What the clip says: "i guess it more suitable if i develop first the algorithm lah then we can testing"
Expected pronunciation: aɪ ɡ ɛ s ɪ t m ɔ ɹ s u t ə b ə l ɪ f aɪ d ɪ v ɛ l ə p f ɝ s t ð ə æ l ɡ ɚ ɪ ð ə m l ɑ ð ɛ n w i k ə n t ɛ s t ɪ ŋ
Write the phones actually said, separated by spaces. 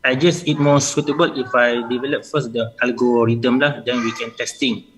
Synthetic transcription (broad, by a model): aɪ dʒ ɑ s ɪ t m ɔ s u t ə b ə l ɪ f aɪ d ɪ v ɛ l ə p f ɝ s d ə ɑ l ɡ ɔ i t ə m l ɑ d ɛ n w i k ə n t ɛ s t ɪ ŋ